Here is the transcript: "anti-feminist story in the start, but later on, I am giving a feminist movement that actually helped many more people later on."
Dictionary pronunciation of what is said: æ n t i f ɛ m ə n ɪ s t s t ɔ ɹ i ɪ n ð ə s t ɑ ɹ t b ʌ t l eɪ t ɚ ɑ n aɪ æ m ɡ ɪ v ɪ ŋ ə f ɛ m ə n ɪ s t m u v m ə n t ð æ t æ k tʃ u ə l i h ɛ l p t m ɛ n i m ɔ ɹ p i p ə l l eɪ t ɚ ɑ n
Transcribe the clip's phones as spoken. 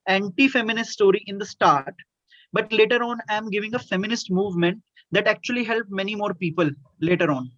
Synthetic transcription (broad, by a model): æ n t i f ɛ m ə n ɪ s t s t ɔ ɹ i ɪ n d ə s t ɑ ɹ t b ʌ t l eɪ t ɚ ɑ n aɪ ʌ m ɡ ɪ v ɪ ŋ ə f ɛ m ə n ɪ s t m u v m ə n t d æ t æ k tʃ u ə l i h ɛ l p m ɛ n i m ɔ ɹ p i p ə l l eɪ t ɚ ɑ n